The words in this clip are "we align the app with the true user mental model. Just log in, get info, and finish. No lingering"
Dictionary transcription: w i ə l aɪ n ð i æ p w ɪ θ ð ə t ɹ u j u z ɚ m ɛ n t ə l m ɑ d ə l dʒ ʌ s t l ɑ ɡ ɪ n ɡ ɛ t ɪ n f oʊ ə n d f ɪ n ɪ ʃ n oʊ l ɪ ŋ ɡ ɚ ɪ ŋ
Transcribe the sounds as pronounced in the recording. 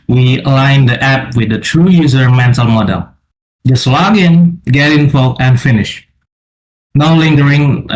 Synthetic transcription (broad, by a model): w i ə l aɪ n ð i æ p w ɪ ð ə t ɹ u j u z ɚ m ɛ n t ə l m ɑ d ə l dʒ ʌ s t l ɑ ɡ ɪ n ɡ ɛ t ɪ n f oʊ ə n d f ɪ n ɪ ʃ n oʊ l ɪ ŋ ɡ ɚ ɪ ŋ